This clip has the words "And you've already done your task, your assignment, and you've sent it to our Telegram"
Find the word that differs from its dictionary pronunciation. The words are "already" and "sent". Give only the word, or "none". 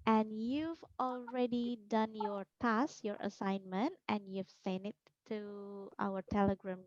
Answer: sent